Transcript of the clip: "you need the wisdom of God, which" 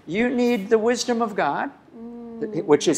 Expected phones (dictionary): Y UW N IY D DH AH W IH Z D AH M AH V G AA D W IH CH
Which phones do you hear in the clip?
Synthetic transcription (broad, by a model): Y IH N IY D DH AH W IH Z D AH M AH V G AA D W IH CH